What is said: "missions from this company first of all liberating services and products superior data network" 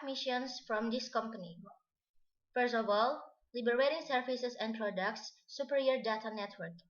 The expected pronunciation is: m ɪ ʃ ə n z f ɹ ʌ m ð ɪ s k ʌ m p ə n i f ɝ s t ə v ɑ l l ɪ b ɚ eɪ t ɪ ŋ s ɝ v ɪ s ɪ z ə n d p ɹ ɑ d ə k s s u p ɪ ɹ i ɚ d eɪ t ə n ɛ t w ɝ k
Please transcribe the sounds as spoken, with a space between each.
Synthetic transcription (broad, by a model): m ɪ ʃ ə n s f ɹ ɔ m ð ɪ s k ʌ m p ə n i f ɝ s t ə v ɑ l l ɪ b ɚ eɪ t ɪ ŋ s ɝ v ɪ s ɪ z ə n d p ɹ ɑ d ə k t s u p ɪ ɹ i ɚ d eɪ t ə n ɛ t w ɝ k